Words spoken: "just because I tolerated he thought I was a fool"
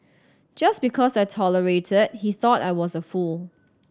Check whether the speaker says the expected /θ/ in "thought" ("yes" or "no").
yes